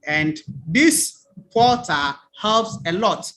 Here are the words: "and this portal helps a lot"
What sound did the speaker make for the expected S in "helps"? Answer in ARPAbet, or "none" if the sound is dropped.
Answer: S